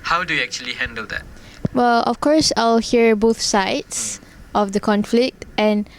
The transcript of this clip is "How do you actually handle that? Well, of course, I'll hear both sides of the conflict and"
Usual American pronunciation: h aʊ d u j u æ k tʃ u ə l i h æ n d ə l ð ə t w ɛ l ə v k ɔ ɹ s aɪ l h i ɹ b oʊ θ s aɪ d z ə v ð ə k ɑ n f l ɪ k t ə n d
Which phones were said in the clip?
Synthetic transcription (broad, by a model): h aʊ d u j u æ k tʃ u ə l i h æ n d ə l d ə t w ɛ l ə f k ɔ ɹ s aɪ l h i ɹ b oʊ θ s aɪ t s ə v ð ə k ɑ n f l ɪ k t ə n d